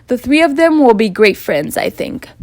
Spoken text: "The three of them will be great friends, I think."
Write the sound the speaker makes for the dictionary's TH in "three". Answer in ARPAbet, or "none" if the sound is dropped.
TH